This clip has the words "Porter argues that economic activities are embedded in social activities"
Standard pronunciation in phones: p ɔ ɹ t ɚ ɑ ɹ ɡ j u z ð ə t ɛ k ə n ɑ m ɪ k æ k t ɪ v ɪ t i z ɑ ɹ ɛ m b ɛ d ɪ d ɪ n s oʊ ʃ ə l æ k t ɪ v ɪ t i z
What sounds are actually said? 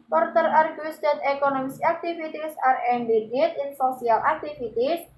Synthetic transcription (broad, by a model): p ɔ ɹ t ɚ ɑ ɹ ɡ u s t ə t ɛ k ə n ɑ m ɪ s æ k t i f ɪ t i s ɑ ɹ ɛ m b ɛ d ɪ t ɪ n s oʊ s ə l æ k t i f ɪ t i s